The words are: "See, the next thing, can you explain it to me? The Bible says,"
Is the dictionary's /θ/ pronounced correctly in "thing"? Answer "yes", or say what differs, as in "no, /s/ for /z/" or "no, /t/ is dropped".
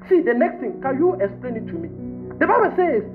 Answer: no, /t/ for /θ/